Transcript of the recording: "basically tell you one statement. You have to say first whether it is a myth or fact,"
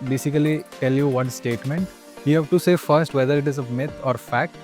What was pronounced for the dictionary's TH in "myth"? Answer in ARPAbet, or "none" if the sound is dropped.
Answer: T